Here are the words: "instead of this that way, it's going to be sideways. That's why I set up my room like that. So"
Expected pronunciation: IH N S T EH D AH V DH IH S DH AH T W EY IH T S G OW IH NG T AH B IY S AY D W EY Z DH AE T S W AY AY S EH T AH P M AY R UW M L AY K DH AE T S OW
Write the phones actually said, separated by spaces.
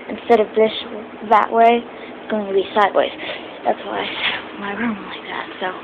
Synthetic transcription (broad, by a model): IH N S T EH D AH V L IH SH DH AH T W EY IH T S G OW IH NG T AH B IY S AY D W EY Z DH AE T S W AY AY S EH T M AY R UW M L AY K DH AE T S OW